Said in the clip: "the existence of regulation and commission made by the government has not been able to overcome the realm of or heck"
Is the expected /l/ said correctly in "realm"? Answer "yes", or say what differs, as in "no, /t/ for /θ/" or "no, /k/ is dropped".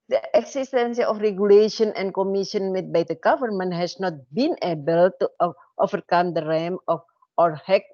no, /l/ is dropped